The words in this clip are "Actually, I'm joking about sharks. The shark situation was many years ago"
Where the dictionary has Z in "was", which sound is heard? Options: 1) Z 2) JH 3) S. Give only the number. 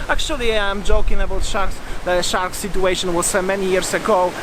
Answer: 3